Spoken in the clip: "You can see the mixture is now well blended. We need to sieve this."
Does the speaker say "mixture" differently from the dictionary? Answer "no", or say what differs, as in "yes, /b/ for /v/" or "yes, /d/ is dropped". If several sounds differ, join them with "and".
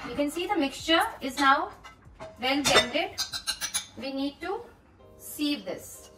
no